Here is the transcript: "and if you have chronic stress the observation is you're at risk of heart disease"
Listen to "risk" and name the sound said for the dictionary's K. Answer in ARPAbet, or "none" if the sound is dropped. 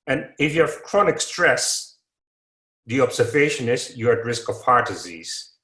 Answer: K